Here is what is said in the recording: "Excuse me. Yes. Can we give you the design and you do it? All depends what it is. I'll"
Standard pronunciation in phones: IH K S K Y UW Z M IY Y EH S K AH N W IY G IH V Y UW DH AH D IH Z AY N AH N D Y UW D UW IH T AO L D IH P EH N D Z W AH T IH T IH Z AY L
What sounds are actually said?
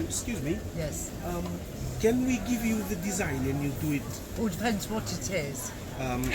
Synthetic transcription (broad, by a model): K S K Y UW Z M IY Y EH S K AH N W IY G IH V Y UW DH AH D IH Z AY N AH N Y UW D UW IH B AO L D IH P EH N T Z W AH T IH T IH Z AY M